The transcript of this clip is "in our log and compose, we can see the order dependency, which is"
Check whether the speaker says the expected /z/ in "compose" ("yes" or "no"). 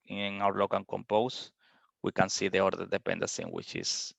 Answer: no